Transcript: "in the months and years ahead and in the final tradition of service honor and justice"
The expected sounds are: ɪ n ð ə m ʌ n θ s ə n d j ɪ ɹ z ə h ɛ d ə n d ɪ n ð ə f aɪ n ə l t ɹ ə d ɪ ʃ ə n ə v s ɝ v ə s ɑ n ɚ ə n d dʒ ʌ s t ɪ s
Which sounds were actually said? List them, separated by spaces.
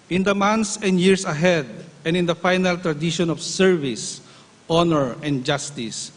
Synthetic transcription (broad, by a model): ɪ n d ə m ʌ n t s ə n d j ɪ ɹ s ə h ɛ d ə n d ɪ n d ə f aɪ n ə l t ɹ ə d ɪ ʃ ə n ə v s ɝ v ə s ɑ n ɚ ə n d dʒ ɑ s t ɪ s